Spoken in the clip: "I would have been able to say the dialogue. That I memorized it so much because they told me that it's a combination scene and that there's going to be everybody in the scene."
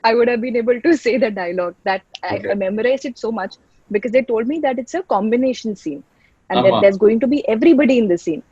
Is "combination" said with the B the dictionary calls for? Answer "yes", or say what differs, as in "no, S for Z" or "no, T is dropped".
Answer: yes